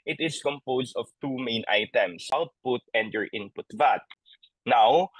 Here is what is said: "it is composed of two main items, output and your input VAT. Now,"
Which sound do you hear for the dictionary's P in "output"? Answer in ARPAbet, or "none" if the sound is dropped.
P